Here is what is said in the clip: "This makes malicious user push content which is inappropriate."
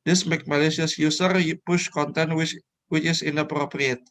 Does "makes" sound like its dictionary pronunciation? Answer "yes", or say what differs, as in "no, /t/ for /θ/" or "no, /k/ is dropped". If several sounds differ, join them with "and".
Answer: no, /s/ is dropped